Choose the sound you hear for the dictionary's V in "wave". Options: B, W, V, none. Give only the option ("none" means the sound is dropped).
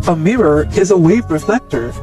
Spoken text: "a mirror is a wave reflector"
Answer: V